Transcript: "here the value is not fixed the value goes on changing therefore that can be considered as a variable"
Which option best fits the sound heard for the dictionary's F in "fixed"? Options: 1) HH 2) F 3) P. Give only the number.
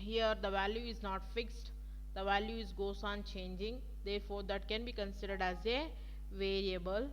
2